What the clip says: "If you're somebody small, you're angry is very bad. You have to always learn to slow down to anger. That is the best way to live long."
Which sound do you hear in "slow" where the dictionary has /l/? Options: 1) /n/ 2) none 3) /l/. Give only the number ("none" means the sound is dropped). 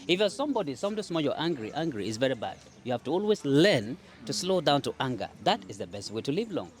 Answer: 3